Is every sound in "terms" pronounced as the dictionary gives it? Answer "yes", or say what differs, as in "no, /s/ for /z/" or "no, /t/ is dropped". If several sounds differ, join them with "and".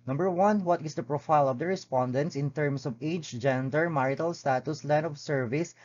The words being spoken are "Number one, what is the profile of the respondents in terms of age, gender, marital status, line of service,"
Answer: no, /s/ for /z/